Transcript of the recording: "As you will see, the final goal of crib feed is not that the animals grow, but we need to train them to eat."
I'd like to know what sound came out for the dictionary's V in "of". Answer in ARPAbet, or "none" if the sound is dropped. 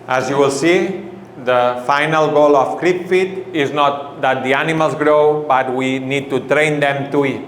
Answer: F